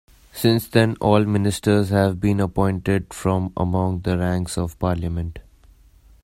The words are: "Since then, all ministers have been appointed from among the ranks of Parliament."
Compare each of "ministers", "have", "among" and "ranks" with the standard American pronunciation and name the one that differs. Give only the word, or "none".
none